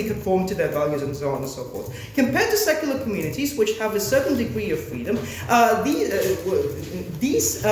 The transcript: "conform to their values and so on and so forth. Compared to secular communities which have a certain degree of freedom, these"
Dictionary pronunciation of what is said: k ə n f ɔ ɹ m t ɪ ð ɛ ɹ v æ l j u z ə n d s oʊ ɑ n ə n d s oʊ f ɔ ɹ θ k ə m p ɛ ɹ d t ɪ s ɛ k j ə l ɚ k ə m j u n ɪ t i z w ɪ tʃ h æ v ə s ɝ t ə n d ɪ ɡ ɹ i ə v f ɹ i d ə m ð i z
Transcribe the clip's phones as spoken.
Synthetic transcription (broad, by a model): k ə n f ɔ ɹ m t ɪ ð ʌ ɹ v æ l j u z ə n s oʊ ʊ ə n s oʊ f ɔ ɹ s k ə m p ɛ ɹ d t ɪ s ɛ k j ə l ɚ k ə m j u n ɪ t i z w ɪ tʃ h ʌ v ə s ɝ t n d ɪ ɡ ɹ i ə v f ɹ i d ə m ð i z